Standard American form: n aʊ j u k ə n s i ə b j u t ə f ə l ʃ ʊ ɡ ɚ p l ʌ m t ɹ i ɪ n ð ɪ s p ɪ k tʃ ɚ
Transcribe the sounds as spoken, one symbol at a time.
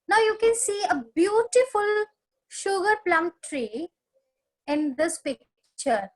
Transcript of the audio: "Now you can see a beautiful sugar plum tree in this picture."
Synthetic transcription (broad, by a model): n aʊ j u k ə n s i ə b j u t ə f ə l ʃ ʊ ɡ ɚ p l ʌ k t ɹ i ɪ n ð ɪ s p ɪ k tʃ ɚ